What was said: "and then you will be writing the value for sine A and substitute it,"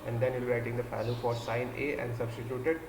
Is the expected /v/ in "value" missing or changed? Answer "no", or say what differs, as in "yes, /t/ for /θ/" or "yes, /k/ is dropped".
yes, /f/ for /v/